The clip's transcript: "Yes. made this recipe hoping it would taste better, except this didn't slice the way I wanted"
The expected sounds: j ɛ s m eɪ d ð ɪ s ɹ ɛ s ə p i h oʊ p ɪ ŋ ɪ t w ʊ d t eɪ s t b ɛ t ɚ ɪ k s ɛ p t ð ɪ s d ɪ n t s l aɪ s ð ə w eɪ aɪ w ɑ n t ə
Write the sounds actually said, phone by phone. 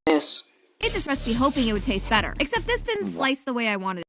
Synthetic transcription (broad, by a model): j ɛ s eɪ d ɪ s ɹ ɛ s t b i h oʊ p ɪ ŋ ɪ t w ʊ d t eɪ s t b ɛ t ɚ ɪ k s ɛ p t ð ɪ s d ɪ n s l aɪ s ð ə w eɪ aɪ w ɑ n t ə